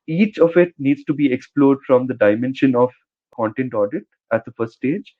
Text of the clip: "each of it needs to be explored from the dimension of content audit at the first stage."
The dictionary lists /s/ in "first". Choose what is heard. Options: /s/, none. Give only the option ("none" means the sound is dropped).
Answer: none